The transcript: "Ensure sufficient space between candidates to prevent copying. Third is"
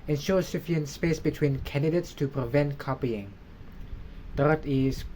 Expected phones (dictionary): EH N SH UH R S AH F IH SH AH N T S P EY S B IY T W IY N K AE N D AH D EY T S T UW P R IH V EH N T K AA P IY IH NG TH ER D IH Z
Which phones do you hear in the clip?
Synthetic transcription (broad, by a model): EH N SH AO S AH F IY AH N S P EY S B IY T W IY N K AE N D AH D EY T S T UW P R IH V EH N T K AA P IY IH NG T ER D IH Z